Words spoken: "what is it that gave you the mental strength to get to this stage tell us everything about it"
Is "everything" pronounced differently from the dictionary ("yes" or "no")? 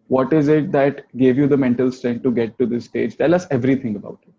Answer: yes